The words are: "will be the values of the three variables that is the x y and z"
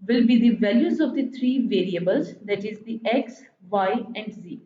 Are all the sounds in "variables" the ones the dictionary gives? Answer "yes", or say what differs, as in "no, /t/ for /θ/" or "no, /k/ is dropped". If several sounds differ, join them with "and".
yes